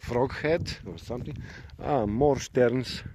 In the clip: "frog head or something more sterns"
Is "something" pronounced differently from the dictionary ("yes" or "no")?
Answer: yes